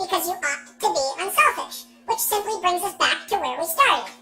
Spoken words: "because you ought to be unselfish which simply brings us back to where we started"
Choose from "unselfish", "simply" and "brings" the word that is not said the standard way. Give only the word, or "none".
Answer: none